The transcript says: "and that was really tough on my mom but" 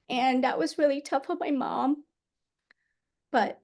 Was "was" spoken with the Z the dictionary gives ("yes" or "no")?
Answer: yes